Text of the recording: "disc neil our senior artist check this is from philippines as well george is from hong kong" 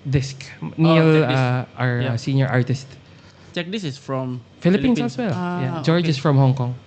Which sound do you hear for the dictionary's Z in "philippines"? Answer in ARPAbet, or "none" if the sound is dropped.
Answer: none